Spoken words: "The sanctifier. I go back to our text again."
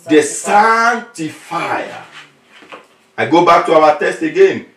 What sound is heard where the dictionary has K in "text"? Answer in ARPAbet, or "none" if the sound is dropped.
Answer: none